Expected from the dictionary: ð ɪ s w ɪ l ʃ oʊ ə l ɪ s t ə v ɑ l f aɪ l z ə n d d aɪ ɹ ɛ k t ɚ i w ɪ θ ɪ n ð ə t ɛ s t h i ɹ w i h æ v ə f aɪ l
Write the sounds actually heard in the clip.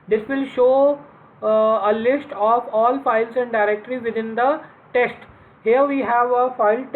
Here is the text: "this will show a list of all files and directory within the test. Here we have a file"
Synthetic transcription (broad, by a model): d ɪ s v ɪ l ʃ oʊ ə l ɪ s t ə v ɑ l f aɪ l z ə n d d aɪ ɹ ɛ k t ɚ i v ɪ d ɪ n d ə t ɛ s t h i ɹ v i h æ v ə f aɪ l